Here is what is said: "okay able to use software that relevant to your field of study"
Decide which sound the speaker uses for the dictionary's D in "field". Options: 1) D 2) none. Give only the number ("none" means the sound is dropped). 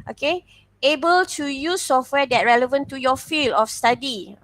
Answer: 2